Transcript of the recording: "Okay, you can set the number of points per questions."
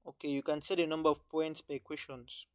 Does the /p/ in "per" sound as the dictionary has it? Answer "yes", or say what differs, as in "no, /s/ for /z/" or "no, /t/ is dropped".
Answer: no, /b/ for /p/